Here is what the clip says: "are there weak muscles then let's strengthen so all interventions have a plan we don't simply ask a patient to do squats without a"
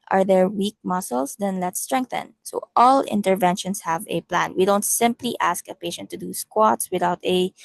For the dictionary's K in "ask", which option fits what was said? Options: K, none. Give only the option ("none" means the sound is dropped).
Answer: K